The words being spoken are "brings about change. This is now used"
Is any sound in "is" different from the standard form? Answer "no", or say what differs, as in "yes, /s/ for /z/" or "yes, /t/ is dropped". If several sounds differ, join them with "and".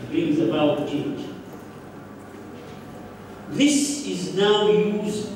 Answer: no